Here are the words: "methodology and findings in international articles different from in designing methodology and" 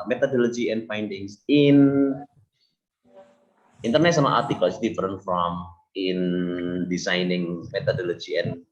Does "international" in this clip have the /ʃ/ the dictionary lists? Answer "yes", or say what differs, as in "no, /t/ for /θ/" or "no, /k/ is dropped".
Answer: no, /s/ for /ʃ/